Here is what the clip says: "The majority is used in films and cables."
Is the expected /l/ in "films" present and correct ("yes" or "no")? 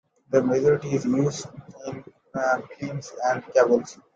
no